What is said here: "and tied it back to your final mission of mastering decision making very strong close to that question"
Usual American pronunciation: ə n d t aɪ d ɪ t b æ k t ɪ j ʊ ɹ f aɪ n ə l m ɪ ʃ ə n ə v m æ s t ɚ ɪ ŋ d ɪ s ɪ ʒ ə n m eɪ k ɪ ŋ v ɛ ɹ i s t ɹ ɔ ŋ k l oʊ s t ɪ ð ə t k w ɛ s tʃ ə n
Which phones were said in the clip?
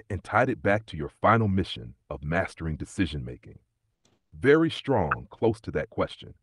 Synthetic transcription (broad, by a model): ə n t aɪ d ɪ t b æ k t ɪ j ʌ ɹ f aɪ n l m ɪ ʃ ə n ə v m æ s t ɚ ɪ ŋ d ɪ s ɪ ʒ ə n m eɪ k ɪ ŋ v ɛ ɹ i s t ɹ ɔ ŋ k l oʊ s t ɪ ð ə t k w ɛ s tʃ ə n